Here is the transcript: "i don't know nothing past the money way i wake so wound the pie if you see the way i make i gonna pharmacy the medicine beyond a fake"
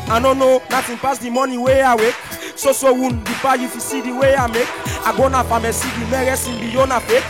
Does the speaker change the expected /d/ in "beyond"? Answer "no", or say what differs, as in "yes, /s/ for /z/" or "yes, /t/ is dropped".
yes, /d/ is dropped